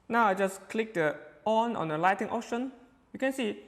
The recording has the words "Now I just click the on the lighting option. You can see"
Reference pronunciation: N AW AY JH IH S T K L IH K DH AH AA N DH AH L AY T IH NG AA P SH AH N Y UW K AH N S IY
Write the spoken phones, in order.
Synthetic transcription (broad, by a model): N AW AY JH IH S K L IH K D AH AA N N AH L AY T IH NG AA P SH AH N Y UW K AH N S IY